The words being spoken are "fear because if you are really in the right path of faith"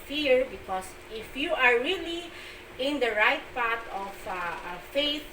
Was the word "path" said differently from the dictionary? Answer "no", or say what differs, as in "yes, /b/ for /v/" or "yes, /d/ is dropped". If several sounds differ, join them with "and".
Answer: yes, /t/ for /θ/